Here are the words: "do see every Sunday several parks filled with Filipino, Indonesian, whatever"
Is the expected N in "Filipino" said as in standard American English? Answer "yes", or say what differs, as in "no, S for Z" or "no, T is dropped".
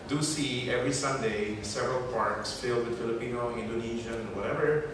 yes